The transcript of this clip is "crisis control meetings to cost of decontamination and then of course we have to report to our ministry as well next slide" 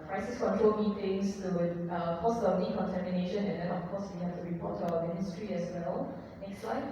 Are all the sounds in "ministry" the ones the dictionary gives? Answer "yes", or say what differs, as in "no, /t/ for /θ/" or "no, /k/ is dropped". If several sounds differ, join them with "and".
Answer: yes